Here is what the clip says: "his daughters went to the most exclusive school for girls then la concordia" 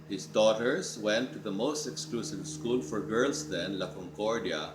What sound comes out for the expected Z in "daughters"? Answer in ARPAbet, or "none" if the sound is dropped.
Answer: S